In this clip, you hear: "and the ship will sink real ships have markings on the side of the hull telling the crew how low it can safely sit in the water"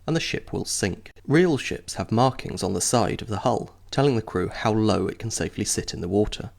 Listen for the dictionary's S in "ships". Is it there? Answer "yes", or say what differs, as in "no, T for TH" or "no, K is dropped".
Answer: yes